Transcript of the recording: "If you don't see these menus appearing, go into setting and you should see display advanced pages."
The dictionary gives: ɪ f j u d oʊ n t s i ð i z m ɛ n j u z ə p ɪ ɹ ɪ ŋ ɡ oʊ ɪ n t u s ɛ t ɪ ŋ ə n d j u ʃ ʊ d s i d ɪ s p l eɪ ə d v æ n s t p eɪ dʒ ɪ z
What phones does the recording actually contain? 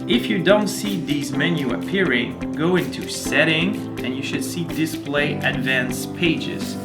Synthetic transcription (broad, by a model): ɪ f j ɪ d oʊ n t s i ð i z m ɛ n j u ə p ɪ ɹ ɪ ŋ ɡ oʊ ɪ n t u s ɛ t ɪ ŋ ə n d j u ʃ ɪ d s i d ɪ s p l eɪ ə d v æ n s p eɪ dʒ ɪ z